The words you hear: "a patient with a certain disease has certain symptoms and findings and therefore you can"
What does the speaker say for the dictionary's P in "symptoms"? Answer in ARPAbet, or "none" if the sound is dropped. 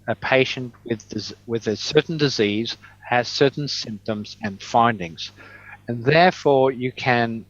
P